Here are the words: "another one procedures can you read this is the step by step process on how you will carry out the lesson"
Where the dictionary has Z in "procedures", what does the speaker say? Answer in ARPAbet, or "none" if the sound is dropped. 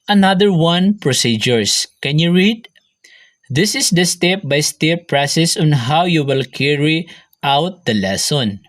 S